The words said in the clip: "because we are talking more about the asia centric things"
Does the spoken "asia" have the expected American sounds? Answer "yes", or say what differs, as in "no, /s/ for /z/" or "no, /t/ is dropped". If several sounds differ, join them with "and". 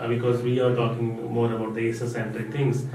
no, /s/ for /ʒ/